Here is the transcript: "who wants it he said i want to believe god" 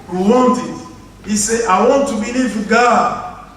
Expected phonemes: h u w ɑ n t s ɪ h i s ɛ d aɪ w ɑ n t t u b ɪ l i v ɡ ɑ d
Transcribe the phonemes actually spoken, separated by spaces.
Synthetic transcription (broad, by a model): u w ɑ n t ɪ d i s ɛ aɪ w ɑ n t t u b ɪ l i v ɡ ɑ